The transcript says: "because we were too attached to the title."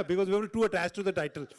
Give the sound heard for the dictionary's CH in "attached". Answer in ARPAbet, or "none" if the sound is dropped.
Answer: S